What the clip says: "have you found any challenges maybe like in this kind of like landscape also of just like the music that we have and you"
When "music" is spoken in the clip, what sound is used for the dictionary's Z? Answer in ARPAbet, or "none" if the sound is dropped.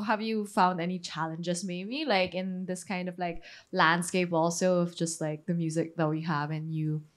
Z